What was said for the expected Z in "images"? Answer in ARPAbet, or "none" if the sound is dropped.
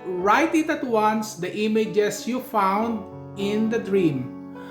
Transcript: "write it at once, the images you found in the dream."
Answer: S